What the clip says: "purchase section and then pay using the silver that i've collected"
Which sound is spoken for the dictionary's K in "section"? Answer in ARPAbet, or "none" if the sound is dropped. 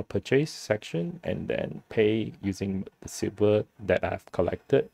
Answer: K